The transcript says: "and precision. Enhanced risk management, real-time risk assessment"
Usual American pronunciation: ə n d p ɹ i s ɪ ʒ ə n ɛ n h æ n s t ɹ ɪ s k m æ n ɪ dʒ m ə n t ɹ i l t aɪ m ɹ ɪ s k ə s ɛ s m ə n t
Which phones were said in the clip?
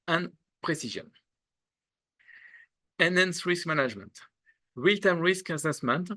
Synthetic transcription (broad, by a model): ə n p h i s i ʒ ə n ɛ n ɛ n s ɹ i s k m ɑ n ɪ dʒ m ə n t w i l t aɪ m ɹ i s k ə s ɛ s m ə n t